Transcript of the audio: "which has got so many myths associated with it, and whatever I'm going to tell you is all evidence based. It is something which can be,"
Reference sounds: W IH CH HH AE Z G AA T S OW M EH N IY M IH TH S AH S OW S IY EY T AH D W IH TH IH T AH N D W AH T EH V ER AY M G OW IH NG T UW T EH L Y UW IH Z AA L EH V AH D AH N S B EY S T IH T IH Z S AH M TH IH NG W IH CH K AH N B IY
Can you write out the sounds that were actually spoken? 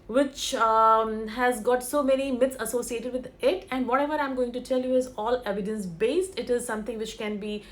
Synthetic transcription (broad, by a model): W IH CH HH AE Z G AA T S OW M EH N IY M IH T S AH S OW S IY EY T AH D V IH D IH T AH N D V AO T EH V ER AY M G OW IH NG T UW T EH L Y UW IH Z AA L EH V AH D AH N S B EY S T IH T IH Z S AH M T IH NG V IH CH K AH N B IY